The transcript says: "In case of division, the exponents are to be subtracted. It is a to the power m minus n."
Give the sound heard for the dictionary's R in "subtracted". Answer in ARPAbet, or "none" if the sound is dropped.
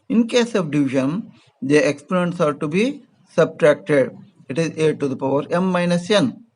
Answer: R